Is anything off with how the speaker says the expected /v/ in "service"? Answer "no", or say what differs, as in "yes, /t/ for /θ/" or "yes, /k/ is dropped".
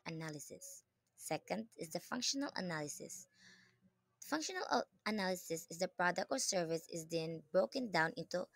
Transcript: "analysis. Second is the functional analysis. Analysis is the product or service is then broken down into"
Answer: no